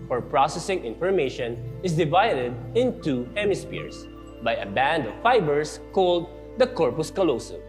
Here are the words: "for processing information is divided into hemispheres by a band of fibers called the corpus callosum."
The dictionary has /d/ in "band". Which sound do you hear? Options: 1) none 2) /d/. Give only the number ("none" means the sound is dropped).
2